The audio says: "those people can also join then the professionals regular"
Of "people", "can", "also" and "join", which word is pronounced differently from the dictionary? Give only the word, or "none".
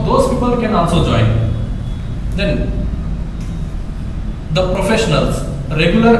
also